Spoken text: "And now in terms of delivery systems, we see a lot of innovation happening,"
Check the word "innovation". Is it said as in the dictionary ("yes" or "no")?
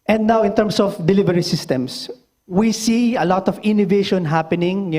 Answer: yes